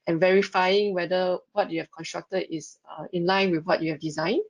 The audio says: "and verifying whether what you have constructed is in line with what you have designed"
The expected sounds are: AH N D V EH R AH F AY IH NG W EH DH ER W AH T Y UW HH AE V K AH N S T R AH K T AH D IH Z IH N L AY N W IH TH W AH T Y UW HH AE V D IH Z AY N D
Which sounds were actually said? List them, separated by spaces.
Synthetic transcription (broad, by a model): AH N V EH R AH F AY IH NG W EH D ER W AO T Y UW HH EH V K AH N S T R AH K T AH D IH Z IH N L AY N W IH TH W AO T Y UW HH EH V D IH Z AY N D